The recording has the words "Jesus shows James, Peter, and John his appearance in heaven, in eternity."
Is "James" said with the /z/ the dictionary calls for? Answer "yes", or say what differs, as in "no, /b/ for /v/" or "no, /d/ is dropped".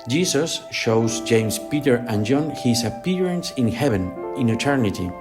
no, /s/ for /z/